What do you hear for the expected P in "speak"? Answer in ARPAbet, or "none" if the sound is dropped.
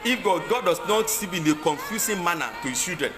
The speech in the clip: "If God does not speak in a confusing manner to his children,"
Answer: none